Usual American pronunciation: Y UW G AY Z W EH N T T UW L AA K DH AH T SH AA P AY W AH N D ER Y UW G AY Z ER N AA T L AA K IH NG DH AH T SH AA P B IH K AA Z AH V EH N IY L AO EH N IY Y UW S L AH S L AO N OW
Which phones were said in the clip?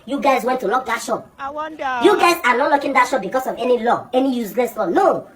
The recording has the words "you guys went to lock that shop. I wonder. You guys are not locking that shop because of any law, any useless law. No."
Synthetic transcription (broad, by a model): Y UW G AY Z W EH N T T UW L AA K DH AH T SH AA P Y UW G AY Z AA N AA T L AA K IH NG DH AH T SH AA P B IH K AA S AH V EH N IY L AO EH N IY Y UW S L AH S L AO N OW